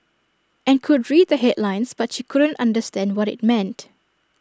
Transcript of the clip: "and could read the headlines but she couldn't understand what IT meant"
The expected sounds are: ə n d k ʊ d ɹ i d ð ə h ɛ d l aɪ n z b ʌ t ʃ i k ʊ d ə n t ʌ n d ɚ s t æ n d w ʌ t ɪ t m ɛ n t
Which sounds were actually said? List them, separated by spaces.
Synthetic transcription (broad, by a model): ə n k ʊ d ɹ i d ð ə h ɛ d l aɪ n s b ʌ t ʃ i k ʊ d ə n t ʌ n d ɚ s t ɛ n d w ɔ t ɪ t m ɛ n t